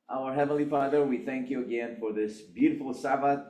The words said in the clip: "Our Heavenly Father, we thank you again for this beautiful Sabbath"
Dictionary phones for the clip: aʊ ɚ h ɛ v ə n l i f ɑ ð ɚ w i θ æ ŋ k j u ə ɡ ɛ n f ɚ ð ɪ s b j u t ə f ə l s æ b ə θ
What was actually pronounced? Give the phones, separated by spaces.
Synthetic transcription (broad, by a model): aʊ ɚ h ɛ v ə n l i f ɑ ð ɚ w i θ æ ŋ k j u ə ɡ ɛ n f ɚ ð ɪ s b j u t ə f l s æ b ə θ